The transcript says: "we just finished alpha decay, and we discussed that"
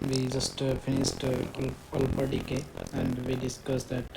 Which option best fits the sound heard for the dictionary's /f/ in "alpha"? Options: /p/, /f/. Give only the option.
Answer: /p/